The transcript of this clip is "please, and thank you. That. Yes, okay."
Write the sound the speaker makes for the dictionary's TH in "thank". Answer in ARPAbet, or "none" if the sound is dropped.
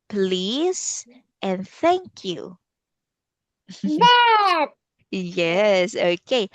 TH